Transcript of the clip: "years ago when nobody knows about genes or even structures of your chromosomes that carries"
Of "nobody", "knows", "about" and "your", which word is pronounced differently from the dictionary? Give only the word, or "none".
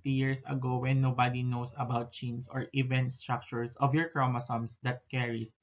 knows